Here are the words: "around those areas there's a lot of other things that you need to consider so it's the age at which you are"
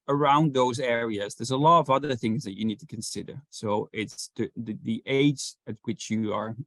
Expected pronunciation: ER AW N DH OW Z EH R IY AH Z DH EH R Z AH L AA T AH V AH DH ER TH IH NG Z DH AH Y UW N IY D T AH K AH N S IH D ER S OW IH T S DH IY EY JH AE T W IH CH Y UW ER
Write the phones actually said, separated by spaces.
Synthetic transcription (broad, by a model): ER AW N DH OW Z EH R IY AH Z DH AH R Z AH L AA T AH V AH DH ER TH IH NG Z DH AH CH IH N IY D T AH K AH N S IH D ER S OW IH T S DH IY EY JH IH T W IH CH Y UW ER